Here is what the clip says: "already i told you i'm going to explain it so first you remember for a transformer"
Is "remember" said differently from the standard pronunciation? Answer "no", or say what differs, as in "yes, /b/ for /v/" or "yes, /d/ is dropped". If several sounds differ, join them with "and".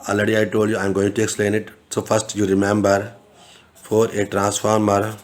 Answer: no